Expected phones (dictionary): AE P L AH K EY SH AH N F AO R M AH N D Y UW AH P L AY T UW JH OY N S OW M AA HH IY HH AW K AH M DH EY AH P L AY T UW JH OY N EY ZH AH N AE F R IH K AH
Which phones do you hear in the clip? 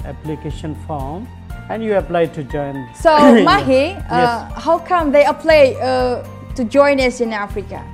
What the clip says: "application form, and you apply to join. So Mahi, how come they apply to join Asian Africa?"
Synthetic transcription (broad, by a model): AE P L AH K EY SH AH N F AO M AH N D Y UW AH P L AY T UW JH OY N S OW M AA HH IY HH AW K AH M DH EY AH P L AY T UW JH OY N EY S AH N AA F R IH K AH